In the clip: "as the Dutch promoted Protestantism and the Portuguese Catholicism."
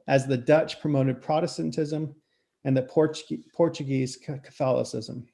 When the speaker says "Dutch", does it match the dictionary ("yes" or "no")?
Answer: yes